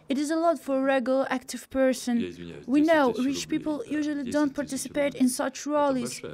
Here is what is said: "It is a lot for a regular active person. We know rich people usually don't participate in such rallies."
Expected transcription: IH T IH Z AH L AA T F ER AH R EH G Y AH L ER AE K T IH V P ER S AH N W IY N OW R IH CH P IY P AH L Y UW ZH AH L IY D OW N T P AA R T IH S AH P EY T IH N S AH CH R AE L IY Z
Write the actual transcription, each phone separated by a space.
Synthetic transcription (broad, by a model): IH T IH Z AH L AA T F ER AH R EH G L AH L AE K T IH V P ER S AH N W IY N OW R IH CH P IY P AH L Y UW ZH AH L IY D OW N T P AA R T IH S AH P EY T IH N S AH CH R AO L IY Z